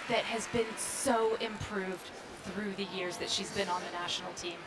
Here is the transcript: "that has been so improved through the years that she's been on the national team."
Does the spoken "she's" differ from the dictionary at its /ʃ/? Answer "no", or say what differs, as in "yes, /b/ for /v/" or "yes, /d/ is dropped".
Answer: no